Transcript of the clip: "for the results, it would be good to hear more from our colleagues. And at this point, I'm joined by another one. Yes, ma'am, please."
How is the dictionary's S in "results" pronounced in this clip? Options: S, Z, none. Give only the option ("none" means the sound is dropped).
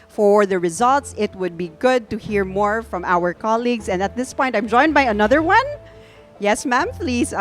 S